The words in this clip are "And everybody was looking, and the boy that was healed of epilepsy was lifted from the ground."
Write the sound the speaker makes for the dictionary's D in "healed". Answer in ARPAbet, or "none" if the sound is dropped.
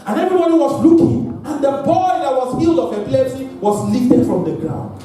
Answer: D